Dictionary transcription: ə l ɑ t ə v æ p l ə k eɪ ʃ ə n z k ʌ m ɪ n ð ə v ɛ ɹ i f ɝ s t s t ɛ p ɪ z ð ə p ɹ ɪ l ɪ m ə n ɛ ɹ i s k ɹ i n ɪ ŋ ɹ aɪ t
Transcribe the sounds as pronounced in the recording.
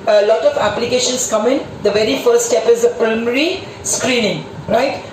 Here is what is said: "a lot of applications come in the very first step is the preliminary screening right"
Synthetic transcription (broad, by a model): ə l ɑ t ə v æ p l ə k eɪ ʃ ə n s k ʌ m ɪ n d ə v ɛ ɹ i f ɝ t s t ɛ p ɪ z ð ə p ɹ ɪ ɪ m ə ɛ ɹ i s k ɹ i n ɪ ŋ ɹ aɪ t